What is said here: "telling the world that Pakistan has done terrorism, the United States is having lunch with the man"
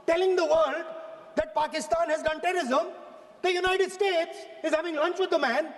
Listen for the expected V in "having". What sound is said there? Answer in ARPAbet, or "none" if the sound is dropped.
V